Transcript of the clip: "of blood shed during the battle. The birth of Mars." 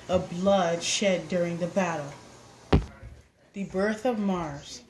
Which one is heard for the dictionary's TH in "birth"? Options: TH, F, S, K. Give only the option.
TH